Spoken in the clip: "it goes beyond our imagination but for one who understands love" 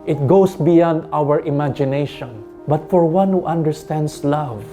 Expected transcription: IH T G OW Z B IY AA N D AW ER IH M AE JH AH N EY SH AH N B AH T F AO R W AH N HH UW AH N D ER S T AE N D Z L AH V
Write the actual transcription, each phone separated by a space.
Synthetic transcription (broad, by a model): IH T G OW S B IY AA N D AW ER IH M AE JH AH N EY SH AH N B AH T F AO R W AH N HH UW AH N D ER S T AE N D S L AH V